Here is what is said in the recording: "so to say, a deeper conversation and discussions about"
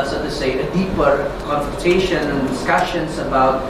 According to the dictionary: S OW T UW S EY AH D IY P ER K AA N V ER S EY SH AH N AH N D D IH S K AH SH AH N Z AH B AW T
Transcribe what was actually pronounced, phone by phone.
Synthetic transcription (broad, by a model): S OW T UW S EY AH D IY P ER K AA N F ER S EY SH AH N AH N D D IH S K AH SH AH N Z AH B AW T